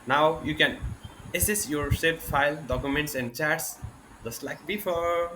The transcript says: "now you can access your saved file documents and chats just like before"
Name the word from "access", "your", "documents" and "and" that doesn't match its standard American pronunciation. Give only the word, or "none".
access